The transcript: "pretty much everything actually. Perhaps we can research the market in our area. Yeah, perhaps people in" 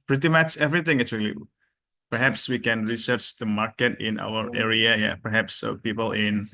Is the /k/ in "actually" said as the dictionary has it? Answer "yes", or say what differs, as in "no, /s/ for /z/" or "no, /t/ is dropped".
no, /k/ is dropped